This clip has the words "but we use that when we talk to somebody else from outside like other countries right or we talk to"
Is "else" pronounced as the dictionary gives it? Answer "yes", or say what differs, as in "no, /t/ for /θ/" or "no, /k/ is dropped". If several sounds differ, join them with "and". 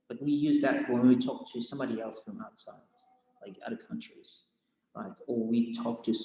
yes